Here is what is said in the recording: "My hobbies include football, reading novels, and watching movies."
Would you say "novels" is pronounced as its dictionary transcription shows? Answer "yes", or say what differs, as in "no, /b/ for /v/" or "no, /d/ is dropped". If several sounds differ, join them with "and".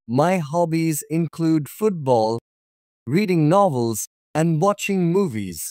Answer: yes